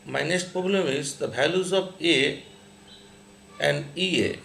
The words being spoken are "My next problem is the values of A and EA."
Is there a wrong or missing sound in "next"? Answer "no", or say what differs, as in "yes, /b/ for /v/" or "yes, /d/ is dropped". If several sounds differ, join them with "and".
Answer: yes, /k/ is dropped